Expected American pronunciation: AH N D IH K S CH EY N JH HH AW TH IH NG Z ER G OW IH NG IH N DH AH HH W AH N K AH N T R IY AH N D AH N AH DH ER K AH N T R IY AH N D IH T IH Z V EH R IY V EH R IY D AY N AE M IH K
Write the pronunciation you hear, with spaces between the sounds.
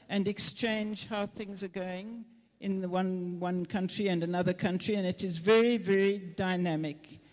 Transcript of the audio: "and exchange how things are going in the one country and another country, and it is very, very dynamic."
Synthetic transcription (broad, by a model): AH N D IH K S CH EY N JH HH AW TH IH NG Z ER G OW IH NG IH N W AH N W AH N K AH N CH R IY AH N AH N AH DH ER K AH N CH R IY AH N IH T IH Z V EH R IY V EH R IY D AY N AE M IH K